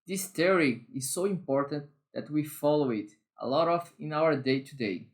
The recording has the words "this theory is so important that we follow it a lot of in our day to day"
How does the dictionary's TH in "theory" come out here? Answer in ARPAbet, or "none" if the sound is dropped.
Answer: T